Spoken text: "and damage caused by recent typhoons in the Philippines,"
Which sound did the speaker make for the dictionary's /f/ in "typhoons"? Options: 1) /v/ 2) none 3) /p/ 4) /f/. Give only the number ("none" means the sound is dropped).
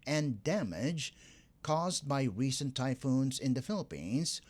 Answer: 4